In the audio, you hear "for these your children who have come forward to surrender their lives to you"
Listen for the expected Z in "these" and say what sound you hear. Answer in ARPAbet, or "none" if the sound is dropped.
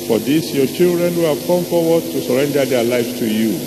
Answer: S